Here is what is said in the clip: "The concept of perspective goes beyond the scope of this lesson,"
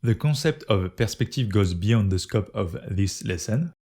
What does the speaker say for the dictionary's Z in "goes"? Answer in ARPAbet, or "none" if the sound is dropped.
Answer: Z